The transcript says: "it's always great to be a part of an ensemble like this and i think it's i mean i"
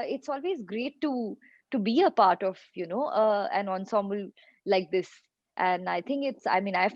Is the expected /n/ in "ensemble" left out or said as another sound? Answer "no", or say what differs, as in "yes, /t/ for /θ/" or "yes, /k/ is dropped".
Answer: no